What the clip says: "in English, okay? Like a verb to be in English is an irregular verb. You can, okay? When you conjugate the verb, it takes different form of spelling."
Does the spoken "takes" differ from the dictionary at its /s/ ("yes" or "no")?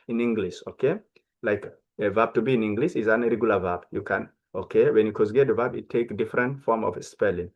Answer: yes